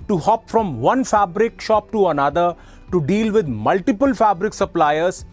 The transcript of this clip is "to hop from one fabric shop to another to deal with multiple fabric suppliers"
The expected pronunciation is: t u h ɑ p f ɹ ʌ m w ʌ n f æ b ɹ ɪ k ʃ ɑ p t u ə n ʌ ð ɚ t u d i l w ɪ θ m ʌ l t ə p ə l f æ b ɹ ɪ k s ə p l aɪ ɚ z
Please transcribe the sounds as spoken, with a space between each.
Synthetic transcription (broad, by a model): t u h ɑ p f ɹ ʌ m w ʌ n f æ b ɹ ɪ k ʃ ɑ p t u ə n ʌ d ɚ t u d i l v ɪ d m ʌ l t ə p ə l f æ b ɹ ɪ k s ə p l aɪ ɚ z